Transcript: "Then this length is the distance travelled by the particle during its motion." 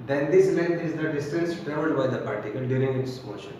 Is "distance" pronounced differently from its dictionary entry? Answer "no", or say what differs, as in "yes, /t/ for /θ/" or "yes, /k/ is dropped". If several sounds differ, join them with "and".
yes, /n/ is dropped